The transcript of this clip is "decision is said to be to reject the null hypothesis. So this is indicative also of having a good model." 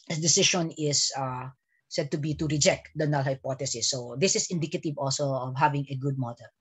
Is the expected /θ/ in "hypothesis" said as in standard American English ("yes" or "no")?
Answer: no